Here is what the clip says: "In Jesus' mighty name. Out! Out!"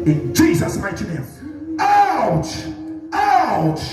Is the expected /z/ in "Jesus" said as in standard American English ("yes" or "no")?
yes